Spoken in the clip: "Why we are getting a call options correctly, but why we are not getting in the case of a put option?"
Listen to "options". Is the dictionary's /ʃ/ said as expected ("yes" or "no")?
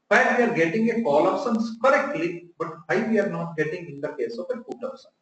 no